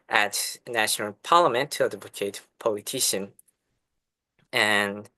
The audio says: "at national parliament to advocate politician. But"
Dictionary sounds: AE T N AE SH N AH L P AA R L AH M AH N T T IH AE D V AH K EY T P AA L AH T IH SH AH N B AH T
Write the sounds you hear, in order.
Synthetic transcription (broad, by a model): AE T N AE SH N AH L P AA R L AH M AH N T T IH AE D AH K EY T P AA L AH T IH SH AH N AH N